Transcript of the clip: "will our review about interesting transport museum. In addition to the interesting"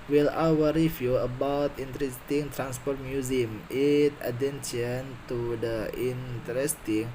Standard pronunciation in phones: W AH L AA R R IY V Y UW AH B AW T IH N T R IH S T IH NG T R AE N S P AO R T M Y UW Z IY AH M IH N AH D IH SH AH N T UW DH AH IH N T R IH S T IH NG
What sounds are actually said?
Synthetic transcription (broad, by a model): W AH L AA W R IY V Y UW AH B AW T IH N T R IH S T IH NG T R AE N S P AO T M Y UW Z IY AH M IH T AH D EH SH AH N T UW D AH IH N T R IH S T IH NG